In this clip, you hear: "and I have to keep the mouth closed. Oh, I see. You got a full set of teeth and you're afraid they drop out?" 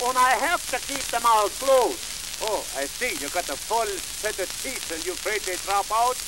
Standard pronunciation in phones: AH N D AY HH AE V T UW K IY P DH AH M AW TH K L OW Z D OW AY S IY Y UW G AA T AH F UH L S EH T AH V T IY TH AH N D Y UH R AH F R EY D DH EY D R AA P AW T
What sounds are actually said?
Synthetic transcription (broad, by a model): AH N AY HH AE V T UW K IY P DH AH M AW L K L OW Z OW AY S IY Y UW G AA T AH F UH L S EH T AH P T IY S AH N Y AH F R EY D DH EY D R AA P AW T